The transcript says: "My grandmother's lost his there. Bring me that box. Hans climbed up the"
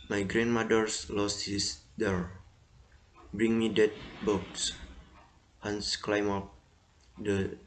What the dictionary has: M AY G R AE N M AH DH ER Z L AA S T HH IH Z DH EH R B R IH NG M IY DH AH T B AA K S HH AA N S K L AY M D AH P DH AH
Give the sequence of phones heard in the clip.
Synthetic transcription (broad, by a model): M AY G R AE N M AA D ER S L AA S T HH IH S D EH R B R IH NG M IY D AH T B AA K S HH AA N S K L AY M AO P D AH